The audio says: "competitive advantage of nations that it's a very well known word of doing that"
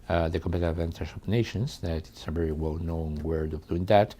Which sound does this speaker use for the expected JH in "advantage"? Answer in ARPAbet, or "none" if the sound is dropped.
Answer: SH